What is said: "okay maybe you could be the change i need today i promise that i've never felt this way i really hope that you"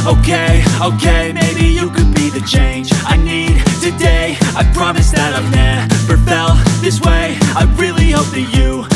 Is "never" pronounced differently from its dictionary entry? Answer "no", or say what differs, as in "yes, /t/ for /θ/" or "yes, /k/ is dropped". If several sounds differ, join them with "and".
yes, /p/ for /v/